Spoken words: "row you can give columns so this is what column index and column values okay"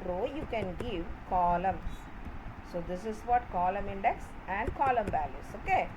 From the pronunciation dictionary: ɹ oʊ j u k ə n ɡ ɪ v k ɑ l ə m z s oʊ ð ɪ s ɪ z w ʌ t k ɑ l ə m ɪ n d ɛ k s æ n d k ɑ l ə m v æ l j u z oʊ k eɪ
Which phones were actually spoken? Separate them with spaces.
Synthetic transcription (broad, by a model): ɹ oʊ j u k ə n ɡ ɪ v k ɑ l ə m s s oʊ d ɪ s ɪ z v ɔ t k ɑ l ə m ɪ n d ɛ k s æ n d k ɑ l ə m b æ l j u s oʊ k eɪ